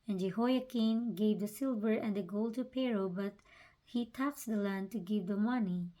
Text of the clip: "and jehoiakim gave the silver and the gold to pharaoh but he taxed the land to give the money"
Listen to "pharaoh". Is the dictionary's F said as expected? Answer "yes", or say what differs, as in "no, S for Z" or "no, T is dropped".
no, P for F